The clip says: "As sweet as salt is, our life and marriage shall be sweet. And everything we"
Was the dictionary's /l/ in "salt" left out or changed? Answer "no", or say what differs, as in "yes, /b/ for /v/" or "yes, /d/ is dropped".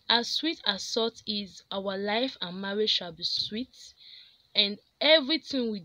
yes, /l/ is dropped